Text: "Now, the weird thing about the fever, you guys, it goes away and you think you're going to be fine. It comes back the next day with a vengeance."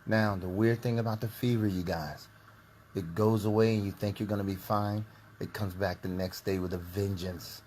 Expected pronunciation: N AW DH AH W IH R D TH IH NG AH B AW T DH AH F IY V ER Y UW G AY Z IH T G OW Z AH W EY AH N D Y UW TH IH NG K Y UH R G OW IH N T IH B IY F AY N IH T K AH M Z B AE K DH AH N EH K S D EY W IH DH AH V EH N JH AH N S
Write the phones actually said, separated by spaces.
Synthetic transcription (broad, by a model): N AW DH AH W IH R D TH IH NG AH B AW T DH AH F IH V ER Y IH G AY Z IH T G OW Z AH W EY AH N Y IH TH IH NG K Y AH R G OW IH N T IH B IY F AY N IH T K AH M Z B AE K DH AH N EH K S D EY W IH DH AH V EH N JH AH N S